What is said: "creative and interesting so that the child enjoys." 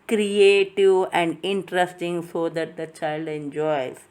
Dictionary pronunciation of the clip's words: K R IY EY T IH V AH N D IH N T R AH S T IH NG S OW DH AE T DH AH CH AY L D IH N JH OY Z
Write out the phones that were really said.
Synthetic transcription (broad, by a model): K R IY EY T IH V AH N D IH N T R AH S T IH NG S OW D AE T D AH CH AY L D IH N JH OY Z